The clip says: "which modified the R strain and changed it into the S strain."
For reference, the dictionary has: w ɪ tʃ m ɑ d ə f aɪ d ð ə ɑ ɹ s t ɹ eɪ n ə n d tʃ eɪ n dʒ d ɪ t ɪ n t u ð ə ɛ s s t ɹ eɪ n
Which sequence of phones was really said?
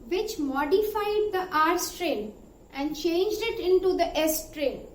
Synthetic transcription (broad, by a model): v ɪ tʃ m ɑ d ə f aɪ d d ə ɑ ɹ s t ɹ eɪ n ə n d tʃ eɪ n dʒ d ɪ t ɪ n t u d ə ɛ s s t ɹ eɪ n